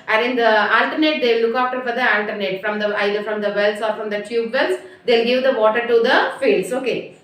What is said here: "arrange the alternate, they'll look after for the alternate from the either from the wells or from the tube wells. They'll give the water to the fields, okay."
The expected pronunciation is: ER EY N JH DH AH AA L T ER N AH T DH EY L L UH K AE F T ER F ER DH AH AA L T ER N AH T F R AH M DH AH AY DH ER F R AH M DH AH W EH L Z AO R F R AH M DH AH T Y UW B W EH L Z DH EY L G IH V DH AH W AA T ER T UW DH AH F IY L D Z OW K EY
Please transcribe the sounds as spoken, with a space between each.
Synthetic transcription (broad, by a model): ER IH N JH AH AA L T ER N AH T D EY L L UH K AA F T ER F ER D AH AA L T ER N AH T F R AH M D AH AY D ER F R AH M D AH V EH L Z AO R F R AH M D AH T Y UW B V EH L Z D EY L G IH V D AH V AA T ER T UW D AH F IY L D S OW K EY